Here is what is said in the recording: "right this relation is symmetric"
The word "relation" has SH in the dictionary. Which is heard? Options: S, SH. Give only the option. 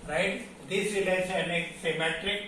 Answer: S